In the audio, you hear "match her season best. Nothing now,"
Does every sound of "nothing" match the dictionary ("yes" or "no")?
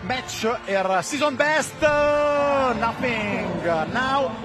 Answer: no